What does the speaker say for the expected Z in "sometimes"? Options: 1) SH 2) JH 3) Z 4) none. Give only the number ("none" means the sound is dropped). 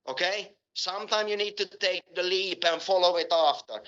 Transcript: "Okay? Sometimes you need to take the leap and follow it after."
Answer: 4